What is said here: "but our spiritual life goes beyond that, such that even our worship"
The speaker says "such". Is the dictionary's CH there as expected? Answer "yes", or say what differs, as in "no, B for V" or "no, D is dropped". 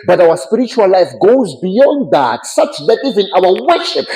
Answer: yes